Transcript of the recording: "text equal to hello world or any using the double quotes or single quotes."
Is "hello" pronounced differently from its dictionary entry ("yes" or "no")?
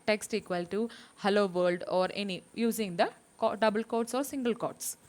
no